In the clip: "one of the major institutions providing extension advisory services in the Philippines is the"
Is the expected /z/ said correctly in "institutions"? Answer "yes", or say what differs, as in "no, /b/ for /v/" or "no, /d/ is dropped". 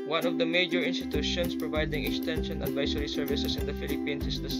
no, /s/ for /z/